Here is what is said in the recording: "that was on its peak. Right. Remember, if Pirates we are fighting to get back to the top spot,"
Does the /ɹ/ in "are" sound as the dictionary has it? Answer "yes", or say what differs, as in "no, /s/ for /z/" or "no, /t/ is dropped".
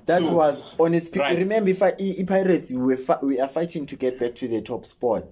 no, /w/ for /ɹ/